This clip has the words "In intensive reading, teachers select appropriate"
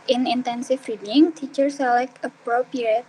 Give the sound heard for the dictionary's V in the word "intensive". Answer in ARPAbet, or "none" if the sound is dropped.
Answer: F